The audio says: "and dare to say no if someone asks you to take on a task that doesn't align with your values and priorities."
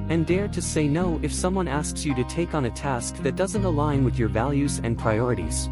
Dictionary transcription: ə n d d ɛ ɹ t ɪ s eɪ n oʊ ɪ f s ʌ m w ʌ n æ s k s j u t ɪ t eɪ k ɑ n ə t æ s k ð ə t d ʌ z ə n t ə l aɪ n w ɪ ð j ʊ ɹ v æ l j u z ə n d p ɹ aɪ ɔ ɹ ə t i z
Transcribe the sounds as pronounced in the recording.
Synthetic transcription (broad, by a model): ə n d d ɛ ɹ t ɪ s eɪ n oʊ ɪ f s ʌ m w ʌ n æ s k s j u t ɪ t eɪ k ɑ n ə t æ s k ð ə t d ʌ z ə n t ə l aɪ n w ɪ ð j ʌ ɹ v æ l j u z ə n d p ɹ aɪ ɔ ɹ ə t i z